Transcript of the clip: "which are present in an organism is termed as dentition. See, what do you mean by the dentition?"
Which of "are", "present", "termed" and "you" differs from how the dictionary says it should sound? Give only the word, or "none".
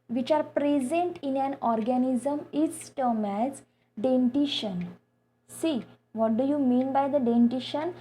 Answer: termed